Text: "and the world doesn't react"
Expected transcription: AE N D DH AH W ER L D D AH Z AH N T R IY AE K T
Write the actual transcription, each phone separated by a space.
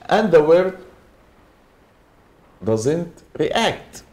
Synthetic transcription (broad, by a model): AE N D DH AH W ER D D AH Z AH N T R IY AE K T